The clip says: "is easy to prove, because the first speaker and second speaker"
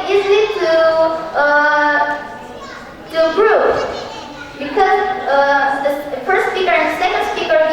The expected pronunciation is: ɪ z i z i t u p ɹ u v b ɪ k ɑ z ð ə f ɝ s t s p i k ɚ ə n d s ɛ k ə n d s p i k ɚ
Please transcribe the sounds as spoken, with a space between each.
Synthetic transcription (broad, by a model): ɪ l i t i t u b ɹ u b ɪ k ɑ z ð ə f ɝ s t s p i k ɚ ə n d s ɛ k ə n d s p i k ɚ